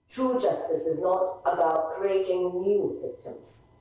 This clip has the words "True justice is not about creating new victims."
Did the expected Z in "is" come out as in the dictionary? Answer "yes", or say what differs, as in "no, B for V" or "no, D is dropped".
yes